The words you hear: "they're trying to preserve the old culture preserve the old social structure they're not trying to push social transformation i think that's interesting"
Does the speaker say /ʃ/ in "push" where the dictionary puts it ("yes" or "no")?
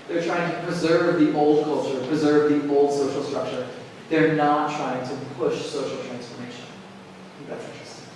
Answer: yes